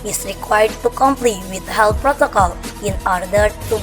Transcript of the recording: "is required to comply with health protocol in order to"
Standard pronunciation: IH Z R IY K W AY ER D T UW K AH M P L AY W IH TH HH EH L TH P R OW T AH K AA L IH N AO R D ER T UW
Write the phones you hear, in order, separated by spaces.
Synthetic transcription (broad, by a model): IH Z R IY K W AY ER D T UW K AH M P L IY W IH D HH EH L P R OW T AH K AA L IH N AO R D ER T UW